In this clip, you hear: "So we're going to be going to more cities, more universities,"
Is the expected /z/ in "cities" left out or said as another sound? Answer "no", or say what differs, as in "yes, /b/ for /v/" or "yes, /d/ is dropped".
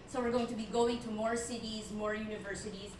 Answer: no